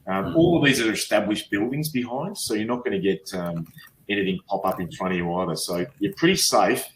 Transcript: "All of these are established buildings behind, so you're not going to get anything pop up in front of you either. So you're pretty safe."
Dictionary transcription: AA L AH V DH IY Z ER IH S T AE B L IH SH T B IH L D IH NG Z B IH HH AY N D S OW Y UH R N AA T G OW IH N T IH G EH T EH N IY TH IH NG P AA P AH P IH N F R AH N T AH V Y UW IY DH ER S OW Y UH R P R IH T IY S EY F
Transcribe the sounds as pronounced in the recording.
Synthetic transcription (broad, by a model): AA L AH V DH IY Z ER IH S T AE B L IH SH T B IH L D IH NG Z B IH HH AY N D S OW Y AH R N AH T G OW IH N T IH G EH T EH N IY TH IH NG P AA P AH P IH N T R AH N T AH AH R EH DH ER S OW Y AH R P R IH T IY S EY F